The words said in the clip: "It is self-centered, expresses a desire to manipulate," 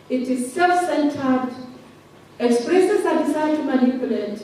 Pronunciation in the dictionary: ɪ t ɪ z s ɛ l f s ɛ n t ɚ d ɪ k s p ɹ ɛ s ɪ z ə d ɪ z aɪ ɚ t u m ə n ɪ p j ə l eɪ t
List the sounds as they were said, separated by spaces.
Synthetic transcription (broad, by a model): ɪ t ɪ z s ɛ l f s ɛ n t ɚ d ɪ k s p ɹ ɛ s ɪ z ə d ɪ s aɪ t u m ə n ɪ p j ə l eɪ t